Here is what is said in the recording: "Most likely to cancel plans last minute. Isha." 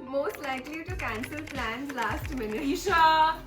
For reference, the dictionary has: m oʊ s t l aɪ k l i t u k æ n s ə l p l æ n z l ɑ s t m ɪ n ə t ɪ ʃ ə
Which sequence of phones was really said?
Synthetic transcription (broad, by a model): m oʊ s t l aɪ k l i t u k æ n s ə l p l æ n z l ɑ s t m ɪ n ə ɪ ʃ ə